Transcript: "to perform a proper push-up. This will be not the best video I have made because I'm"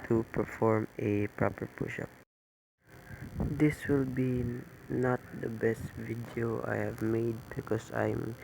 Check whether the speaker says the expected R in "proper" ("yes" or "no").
yes